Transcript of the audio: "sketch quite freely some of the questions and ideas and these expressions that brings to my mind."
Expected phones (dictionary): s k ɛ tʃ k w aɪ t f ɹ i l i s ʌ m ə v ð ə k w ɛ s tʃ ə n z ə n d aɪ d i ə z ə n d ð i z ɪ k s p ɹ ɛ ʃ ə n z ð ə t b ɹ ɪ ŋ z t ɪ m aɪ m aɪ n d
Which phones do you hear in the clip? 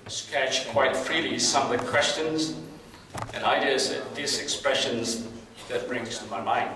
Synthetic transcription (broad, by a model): s k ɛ tʃ k w aɪ t f ɹ i l i s ʌ m ə v ð ə k w ɛ s tʃ ə n z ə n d aɪ d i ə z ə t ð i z ɪ k s p ɹ ɛ ʃ ə n z ð ə t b ɹ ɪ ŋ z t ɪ m aɪ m aɪ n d